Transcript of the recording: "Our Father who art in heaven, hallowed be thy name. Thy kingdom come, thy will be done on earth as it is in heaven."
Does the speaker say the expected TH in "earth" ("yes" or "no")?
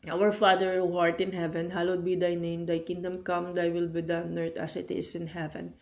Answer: no